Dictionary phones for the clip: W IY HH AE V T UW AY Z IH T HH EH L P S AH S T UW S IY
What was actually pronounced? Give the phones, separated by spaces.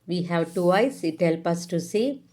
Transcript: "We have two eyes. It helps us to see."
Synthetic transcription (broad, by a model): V IY HH AE V T UW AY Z IH T HH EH L P AH S T UW S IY